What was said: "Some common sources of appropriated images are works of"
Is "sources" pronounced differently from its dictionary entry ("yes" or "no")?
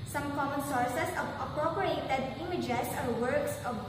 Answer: yes